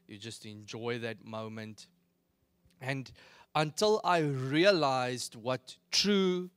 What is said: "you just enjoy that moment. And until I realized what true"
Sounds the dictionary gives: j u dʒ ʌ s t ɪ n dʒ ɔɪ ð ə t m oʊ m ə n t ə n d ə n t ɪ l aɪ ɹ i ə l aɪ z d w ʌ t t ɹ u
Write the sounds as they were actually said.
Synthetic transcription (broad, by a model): j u dʒ ʌ s t ɪ n dʒ ɔɪ ð ə t m oʊ m ə n t ə n d ə n t ɪ l aɪ ɹ i ə l aɪ z d w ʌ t t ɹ u